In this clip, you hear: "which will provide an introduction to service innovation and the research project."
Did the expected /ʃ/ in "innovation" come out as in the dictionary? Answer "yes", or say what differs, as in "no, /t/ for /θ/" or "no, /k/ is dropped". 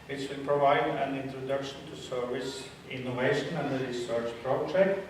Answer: yes